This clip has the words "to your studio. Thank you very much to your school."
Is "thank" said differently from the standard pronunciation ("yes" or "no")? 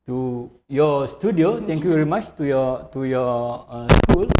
yes